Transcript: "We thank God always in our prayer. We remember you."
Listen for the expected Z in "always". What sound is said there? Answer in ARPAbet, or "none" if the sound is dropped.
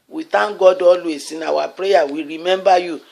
S